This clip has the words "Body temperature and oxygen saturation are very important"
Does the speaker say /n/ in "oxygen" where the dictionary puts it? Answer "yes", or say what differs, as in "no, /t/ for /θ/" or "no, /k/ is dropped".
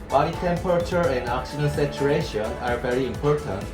no, /l/ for /n/